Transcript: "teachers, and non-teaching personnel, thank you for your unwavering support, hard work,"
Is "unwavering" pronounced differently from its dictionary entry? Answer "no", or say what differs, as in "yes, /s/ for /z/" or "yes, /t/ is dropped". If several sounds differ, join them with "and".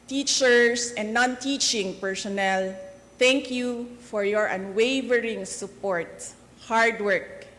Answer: no